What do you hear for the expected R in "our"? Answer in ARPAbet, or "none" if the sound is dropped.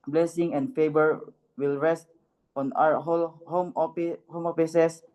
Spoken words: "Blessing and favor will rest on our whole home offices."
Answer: L